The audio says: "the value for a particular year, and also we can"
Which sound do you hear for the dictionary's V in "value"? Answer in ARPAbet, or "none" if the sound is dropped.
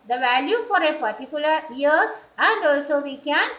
V